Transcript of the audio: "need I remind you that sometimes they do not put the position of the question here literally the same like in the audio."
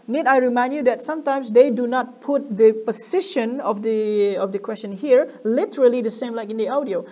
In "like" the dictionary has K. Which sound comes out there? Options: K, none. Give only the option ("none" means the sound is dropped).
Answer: K